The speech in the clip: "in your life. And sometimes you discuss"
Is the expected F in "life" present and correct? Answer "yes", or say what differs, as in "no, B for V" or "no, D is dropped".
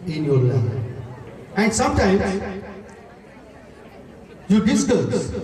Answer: no, F is dropped